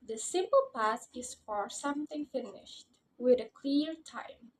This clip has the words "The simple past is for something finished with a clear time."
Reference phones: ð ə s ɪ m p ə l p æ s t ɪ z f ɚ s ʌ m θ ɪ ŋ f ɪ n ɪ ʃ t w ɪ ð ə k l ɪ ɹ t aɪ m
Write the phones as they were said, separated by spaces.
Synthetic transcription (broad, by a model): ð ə s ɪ m p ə l p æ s ɪ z f ɚ s ʌ m θ ɪ ŋ f ɪ n ɪ ʃ t w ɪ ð ə k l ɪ ɹ t aɪ m